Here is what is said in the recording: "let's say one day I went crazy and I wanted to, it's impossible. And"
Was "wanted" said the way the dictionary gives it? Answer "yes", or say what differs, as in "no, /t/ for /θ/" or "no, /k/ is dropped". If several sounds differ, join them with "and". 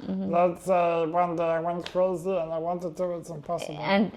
yes